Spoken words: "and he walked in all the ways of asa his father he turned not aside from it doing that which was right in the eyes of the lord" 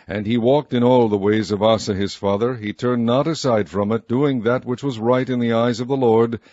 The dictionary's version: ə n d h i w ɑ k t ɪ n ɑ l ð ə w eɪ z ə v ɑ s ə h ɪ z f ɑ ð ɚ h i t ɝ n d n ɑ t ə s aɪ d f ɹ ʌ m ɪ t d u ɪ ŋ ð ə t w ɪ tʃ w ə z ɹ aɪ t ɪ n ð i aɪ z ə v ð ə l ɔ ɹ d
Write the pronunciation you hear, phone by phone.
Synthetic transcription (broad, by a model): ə n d i w ɑ k t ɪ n ɑ l ð ə w eɪ z ə v ɑ s ə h ɪ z f ɑ ð ɚ i t ɝ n n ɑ t ə s aɪ d f ɹ ʌ m ɪ t d u ɪ ŋ ð ə t w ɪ tʃ w ə z ɹ aɪ t ɪ n ð i aɪ z ə v ð ə l ɔ ɹ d